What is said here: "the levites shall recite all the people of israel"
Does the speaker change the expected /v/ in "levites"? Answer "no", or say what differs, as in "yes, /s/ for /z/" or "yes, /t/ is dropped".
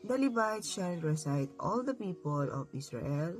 yes, /b/ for /v/